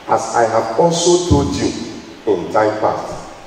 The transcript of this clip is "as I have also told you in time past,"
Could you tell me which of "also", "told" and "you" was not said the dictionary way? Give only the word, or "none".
told